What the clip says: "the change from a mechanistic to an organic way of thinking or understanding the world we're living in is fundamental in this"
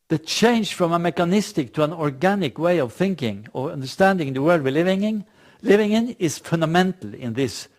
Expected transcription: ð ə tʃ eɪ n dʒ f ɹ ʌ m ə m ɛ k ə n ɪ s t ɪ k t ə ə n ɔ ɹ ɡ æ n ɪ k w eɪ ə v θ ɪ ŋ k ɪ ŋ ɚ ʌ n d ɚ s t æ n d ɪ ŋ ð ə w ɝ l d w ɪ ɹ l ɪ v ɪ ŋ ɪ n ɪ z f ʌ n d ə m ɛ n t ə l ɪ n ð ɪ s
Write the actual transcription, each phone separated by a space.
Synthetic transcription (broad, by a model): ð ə tʃ eɪ n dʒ f ɹ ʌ m ə m ɛ k ə n ɪ s t ɪ k t ə ə n ɔ ɹ ɡ æ n ɪ k w eɪ ə v θ ɪ ŋ k ɪ ŋ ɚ ʌ n d ɚ s t æ n d ɪ ŋ ð ə w ɝ l d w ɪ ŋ l ɪ v ɪ ŋ ɪ n ɪ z f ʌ n d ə m ɛ n t l ɪ n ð ɪ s